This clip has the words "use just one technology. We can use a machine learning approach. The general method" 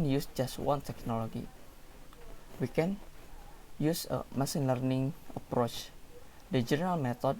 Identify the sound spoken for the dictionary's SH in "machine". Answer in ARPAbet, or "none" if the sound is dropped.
S